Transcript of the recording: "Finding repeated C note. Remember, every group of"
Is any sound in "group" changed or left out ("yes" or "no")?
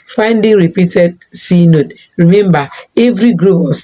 yes